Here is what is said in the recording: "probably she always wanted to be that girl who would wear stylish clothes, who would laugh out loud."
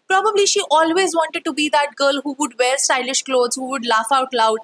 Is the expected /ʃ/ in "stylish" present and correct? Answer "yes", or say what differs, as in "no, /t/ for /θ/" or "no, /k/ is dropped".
yes